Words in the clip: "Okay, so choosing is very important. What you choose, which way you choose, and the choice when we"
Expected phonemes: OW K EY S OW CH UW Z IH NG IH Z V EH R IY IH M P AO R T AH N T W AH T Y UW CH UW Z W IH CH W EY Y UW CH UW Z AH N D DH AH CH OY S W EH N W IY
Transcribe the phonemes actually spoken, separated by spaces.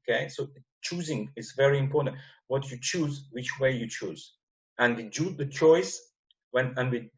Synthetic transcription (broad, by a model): K EY S OW CH UW Z IH NG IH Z V EH R IY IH M P AO R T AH N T W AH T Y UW CH UW Z W IH CH W EY Y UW CH UW Z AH N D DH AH CH OY S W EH N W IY